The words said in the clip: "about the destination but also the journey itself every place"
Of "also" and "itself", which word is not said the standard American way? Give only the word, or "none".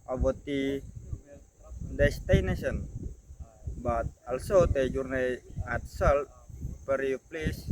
itself